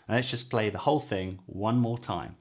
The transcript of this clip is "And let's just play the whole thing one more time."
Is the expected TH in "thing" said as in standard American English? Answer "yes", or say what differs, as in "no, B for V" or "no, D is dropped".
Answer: yes